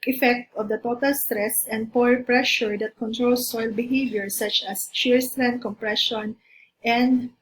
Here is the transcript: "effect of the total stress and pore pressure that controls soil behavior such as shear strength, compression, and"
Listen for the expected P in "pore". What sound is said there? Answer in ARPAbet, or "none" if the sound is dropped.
P